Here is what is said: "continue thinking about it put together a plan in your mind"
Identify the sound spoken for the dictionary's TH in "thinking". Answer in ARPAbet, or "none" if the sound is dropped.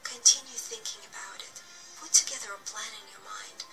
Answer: TH